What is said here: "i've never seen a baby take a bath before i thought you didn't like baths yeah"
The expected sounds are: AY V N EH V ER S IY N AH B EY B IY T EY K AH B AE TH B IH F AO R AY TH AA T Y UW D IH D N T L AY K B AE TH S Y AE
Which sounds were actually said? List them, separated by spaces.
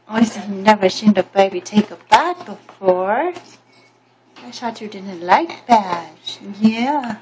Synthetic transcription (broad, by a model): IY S N EH V ER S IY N AH B EY B IY T EY K AH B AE T B IH F AO R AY S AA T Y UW D IH D N T L AY K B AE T Y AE